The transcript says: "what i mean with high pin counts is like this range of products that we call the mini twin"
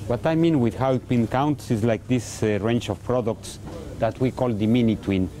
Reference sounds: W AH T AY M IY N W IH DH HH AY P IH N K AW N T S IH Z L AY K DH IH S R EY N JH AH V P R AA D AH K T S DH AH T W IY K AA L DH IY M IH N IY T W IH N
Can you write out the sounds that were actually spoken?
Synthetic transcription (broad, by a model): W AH T AY M IY N W IH DH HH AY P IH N K AW N T S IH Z L AY K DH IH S R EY N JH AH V P R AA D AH K T S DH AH T W IY K AA L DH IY M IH N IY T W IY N